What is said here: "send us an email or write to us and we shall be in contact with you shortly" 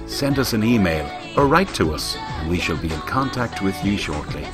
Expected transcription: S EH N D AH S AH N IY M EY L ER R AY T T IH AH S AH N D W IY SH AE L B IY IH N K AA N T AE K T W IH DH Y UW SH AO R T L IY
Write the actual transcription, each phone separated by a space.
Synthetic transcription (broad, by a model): S EH N D AH S AH N IY M EY L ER R AY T T IH AH S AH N W IY SH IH L B IY IH N K AA N T AE K T W IH DH Y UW SH AO R T L IY